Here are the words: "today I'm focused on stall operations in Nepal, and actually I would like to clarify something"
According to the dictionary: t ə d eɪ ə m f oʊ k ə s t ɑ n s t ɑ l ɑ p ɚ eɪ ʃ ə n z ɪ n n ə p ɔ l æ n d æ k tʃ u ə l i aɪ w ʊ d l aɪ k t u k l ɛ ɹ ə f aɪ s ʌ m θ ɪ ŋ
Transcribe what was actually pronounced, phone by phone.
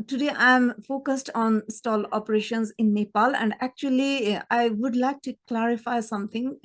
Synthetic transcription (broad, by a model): t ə d eɪ ə m f oʊ k ə s t ɑ n s t ɑ l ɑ p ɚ eɪ ʃ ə n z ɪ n n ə p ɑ l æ n d æ k tʃ u ə l i aɪ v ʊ d l aɪ k t u k l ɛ ɹ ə f aɪ s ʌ m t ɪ ŋ